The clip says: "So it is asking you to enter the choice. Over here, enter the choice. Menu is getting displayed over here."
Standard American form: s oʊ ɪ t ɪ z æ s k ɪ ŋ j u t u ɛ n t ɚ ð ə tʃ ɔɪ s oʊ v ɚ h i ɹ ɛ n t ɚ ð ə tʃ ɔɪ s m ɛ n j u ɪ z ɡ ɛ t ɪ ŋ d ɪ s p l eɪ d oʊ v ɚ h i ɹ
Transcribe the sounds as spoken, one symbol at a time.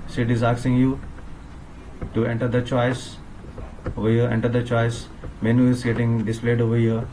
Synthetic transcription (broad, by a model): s ɪ t ɪ z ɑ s ɪ ŋ j u t u ɛ n t ɚ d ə tʃ ɔɪ s oʊ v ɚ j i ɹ ɛ n t ɚ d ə tʃ ɔɪ s m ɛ n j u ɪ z ɡ ɛ t ɪ ŋ d ɪ s p l eɪ d oʊ v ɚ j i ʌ